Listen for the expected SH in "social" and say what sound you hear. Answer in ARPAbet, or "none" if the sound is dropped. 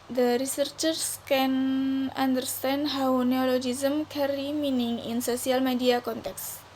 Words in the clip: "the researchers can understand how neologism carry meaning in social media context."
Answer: S